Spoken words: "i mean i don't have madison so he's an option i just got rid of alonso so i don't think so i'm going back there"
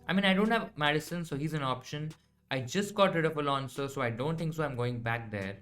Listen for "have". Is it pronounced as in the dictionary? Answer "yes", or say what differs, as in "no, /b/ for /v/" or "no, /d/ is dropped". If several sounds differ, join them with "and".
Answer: yes